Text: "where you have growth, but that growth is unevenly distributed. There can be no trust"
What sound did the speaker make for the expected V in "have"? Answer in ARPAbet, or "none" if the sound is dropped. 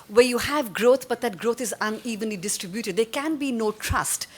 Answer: V